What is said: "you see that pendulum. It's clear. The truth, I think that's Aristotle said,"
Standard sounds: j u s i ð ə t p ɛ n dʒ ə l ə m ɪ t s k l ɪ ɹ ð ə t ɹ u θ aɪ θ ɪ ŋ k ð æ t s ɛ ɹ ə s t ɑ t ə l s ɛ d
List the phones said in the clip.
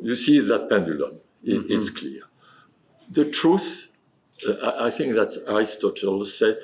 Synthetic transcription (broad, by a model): j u s i ð ə t p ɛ n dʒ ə l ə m ɪ t s k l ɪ ɹ ð ə t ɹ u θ aɪ θ ɪ ŋ k ð æ t s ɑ ɹ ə s t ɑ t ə l s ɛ